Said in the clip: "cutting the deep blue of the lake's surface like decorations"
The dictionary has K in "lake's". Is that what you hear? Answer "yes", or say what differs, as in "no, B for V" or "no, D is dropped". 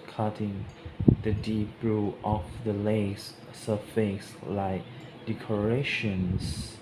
no, K is dropped